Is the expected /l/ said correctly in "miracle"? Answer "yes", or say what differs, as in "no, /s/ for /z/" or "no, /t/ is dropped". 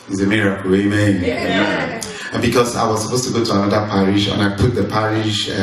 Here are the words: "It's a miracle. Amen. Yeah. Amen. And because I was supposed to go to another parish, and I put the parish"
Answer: no, /w/ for /l/